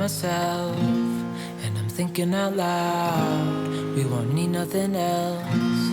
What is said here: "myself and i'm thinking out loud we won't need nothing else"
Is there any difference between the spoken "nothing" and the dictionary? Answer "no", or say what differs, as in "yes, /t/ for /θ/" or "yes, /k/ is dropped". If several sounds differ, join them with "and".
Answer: no